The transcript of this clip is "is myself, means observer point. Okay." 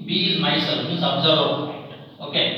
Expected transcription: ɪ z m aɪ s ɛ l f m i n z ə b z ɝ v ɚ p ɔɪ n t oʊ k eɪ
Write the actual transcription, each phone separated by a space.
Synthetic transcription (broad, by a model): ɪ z m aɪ s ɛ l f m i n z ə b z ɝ ɚ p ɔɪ t oʊ k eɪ